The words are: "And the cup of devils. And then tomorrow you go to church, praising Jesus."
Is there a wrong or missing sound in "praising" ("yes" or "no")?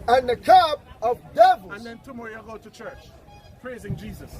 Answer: no